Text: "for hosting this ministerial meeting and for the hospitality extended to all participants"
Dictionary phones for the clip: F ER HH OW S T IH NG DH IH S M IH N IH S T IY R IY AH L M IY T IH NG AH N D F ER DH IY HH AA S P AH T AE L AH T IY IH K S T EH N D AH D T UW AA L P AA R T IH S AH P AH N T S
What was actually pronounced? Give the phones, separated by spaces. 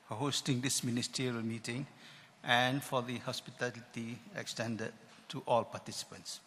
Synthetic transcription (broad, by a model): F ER HH OW S T IH NG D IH S M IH N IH S T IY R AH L M IY T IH NG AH N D F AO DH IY HH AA S P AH T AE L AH T IY IH K S T EH N D AH D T UW AA L P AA T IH S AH P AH N T S